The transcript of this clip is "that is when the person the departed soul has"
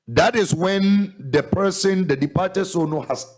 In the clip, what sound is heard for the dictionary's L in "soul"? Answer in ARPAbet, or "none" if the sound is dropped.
N